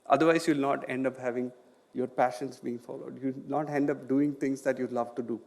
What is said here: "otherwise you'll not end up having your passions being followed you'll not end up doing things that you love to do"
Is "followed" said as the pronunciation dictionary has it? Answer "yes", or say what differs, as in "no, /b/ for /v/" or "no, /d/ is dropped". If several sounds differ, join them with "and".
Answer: yes